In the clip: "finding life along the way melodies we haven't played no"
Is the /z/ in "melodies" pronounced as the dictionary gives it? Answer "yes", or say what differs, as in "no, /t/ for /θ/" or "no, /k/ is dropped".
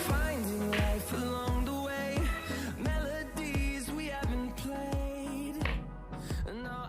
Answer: yes